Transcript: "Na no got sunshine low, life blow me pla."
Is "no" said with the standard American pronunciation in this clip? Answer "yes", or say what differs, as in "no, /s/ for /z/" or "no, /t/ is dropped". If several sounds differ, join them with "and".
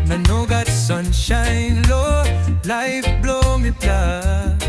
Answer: yes